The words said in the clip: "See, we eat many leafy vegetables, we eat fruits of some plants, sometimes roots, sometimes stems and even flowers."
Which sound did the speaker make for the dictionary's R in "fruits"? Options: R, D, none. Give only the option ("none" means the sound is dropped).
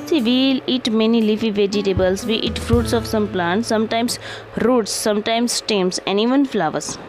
R